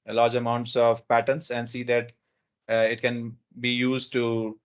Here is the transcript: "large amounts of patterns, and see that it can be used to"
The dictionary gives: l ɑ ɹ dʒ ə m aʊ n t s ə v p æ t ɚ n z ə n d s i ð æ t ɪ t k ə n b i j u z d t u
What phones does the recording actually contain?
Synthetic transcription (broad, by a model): l ɑ ɹ dʒ ə m aʊ n t s ə v p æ t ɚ n s ə n d s i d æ t ɪ t k ə n b i j u z d t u